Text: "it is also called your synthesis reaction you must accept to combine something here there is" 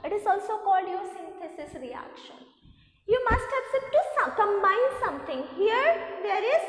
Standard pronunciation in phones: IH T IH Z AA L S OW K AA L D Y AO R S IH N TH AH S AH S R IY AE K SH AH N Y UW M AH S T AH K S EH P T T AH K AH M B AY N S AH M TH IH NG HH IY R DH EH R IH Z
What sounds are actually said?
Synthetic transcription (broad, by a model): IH T IH Z AA L S OW K AA L D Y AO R S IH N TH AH S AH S R IY AE K SH AH N Y UW M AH S T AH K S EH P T S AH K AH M AY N S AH M T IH NG HH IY R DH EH R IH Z